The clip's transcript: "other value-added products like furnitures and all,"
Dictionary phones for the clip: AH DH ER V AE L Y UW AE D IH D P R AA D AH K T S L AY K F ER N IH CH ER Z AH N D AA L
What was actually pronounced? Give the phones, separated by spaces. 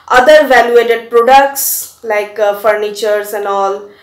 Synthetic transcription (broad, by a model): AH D ER V AE L Y UW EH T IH D P R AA D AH K T S L AY K F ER N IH CH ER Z AH N D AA L